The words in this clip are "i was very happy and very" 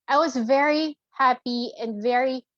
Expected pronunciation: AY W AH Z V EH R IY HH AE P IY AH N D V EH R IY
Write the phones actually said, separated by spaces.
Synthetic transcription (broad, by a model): AY W AH Z V EH R IY HH AE P IY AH N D V EH R IY